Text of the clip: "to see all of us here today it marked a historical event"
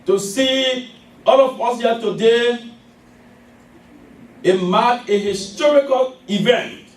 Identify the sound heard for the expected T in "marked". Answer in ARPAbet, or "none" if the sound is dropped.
none